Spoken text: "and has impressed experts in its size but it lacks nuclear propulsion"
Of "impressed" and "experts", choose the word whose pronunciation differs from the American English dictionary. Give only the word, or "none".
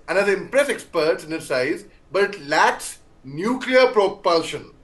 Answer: impressed